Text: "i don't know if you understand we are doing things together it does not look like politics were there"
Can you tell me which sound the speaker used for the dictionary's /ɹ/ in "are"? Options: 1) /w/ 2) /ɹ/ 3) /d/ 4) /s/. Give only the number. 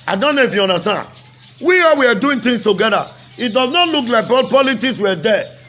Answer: 1